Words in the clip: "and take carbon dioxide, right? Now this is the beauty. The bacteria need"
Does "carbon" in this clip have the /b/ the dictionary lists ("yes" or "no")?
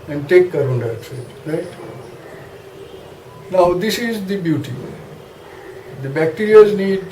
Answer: no